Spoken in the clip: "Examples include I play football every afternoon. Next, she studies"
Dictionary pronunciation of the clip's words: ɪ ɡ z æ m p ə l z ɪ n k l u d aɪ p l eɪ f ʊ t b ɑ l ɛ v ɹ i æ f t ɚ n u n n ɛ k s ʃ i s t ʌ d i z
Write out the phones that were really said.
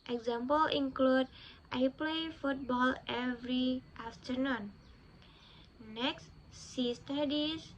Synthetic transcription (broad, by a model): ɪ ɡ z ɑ m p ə l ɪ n k l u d aɪ p l eɪ f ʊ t b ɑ l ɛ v ɹ i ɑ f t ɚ n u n n ɛ k s s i s t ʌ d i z